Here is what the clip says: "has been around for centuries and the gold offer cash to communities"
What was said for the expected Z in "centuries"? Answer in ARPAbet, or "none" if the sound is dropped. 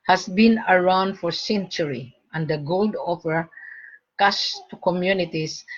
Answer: none